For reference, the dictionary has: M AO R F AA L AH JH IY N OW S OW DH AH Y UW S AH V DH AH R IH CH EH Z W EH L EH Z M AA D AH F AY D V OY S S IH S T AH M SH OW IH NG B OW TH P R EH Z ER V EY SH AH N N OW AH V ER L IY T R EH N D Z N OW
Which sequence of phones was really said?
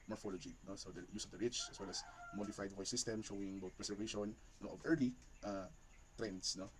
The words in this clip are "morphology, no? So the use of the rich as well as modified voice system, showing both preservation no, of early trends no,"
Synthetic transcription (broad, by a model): M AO R F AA L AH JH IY N OW S OW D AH Y UW S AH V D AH R IH CH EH S W EH L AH S M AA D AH F AY D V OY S S IH S T AH M SH OW IH NG B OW T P R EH S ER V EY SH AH N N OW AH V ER L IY T R EH N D S N OW